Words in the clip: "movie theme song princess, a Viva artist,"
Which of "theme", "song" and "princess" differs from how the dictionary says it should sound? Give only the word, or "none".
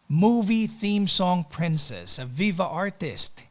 none